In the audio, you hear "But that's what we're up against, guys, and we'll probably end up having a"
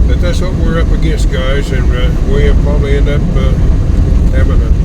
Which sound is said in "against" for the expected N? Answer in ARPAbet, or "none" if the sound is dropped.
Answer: none